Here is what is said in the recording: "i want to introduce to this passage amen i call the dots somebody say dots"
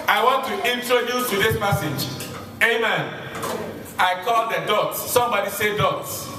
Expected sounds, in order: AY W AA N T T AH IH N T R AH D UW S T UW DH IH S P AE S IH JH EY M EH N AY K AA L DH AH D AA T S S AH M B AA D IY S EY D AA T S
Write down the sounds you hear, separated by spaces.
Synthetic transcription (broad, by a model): AY W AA N T T AH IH N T R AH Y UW T UW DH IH S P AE S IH JH EY M EH N AY K AA L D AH D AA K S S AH M B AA D IY S EY D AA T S